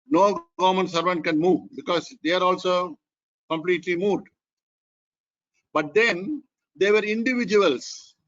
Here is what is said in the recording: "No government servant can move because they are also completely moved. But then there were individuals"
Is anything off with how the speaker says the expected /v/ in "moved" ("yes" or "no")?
yes